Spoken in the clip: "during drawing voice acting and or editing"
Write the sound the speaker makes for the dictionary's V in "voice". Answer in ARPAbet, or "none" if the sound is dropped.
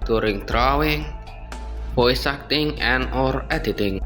P